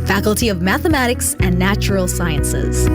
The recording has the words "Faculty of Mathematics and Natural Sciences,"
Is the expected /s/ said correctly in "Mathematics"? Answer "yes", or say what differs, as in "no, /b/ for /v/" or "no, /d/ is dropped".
yes